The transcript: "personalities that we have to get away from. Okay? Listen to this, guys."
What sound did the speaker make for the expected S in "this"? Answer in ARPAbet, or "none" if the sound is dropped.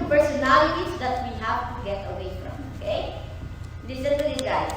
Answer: none